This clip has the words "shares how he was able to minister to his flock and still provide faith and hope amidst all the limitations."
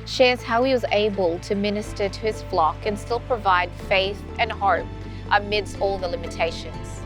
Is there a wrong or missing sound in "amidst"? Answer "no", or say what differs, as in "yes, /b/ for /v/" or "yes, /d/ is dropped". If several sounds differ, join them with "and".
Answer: no